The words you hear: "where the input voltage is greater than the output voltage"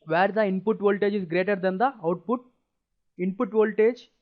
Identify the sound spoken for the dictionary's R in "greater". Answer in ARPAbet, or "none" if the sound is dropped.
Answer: R